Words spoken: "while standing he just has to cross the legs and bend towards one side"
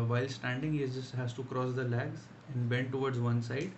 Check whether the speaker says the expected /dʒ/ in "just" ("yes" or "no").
no